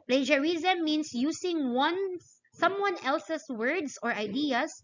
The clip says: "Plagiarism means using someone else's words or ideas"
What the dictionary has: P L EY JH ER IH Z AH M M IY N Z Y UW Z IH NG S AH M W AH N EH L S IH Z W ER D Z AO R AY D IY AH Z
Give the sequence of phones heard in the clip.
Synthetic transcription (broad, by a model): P L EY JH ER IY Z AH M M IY N S Y UW S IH NG S AH M W AH N EH L S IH S W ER D S AO R AY D IY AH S